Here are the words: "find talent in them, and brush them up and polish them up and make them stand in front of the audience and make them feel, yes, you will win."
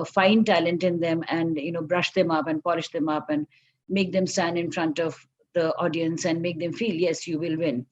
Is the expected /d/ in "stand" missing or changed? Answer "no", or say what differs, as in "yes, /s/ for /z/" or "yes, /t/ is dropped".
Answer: yes, /d/ is dropped